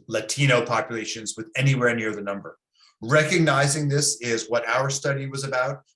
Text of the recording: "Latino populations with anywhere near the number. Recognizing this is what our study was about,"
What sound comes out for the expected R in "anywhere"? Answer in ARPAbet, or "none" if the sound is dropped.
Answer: R